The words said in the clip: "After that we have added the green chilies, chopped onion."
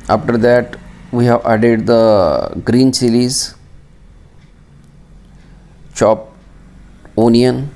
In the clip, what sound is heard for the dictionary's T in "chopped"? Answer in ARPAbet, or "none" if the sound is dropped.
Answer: none